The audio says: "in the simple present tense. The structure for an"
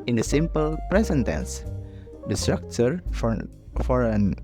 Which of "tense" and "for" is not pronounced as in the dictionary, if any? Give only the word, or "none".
none